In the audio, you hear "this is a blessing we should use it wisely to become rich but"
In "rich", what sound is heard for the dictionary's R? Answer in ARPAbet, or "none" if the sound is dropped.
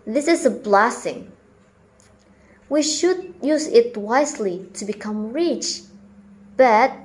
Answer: R